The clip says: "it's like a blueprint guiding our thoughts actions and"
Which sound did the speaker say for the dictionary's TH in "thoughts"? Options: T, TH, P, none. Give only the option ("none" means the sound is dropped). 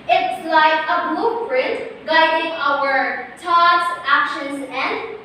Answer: T